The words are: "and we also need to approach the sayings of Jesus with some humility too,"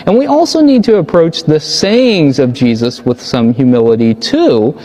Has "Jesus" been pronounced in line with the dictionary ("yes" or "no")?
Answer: yes